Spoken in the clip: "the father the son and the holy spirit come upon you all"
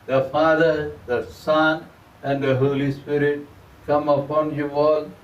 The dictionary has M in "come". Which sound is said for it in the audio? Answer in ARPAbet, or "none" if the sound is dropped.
M